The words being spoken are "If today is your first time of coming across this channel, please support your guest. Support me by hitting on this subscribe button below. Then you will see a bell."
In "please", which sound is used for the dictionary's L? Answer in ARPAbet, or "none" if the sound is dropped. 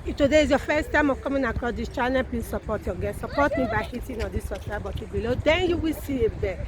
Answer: none